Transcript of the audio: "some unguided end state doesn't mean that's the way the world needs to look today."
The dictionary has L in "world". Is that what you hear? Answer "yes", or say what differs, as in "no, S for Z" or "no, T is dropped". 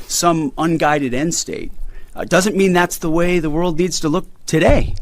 yes